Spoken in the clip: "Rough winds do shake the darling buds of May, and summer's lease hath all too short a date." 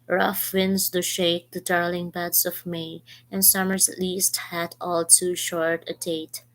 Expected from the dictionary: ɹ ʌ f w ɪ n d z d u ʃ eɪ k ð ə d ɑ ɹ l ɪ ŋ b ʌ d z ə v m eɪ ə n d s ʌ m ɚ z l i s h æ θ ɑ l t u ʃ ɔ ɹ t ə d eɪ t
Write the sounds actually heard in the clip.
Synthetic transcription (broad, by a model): ɹ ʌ f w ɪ n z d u ʃ eɪ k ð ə d ɑ ɹ l ɪ ŋ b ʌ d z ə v m eɪ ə n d s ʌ m ɚ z l i s h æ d ɑ l t u ʃ ɔ ɹ t ə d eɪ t